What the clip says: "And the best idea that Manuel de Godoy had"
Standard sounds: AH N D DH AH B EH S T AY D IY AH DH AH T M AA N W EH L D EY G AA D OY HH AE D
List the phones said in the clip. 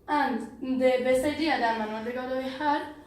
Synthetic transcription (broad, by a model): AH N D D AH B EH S AY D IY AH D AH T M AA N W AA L D EY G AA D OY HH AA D